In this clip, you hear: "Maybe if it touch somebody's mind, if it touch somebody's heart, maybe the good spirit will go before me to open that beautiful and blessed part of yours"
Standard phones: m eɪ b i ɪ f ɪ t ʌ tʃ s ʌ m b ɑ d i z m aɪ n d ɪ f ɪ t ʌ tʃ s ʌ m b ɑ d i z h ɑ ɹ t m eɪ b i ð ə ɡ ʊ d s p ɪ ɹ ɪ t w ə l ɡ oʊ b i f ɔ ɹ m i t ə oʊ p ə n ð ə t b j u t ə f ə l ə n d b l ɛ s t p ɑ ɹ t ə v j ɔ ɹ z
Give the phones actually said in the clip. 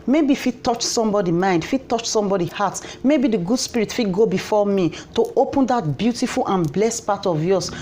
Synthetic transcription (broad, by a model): m eɪ b i f ɪ t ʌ tʃ s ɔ m b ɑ d i m aɪ n d f ɪ t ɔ tʃ s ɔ m b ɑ d i h ɑ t m eɪ b i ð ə ɡ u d s p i ɹ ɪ t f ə ɡ oʊ b i f ɔ m i t ə oʊ p ə n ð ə t b j u t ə f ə l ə n b l ɛ s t p ɑ t ə v j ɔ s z